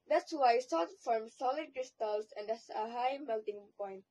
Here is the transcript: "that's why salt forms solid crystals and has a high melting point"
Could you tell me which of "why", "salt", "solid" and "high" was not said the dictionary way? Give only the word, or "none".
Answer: salt